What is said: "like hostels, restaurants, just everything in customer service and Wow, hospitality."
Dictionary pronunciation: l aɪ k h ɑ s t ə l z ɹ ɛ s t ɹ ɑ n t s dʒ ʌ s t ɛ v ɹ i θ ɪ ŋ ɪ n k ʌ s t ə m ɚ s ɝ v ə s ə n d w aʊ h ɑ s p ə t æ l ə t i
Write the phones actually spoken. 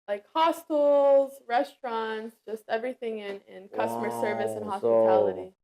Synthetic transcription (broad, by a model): l aɪ k h ɑ s t ə l z ɹ ɛ s t ɹ ɑ n t s dʒ ʌ s t ɛ v ɹ i θ ɪ ŋ ɪ n k ʌ s t ə m ɚ s ɝ v ə s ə n h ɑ s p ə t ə t i